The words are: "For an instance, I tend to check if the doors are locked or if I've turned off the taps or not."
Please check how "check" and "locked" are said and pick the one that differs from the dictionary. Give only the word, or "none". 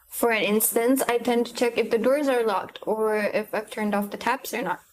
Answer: none